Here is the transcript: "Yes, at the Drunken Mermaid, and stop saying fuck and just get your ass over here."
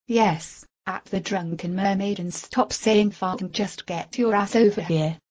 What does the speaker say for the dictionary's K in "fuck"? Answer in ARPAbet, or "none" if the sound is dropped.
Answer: none